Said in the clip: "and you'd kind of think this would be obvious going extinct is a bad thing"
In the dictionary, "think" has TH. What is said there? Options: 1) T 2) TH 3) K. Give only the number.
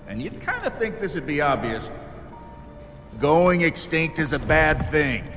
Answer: 2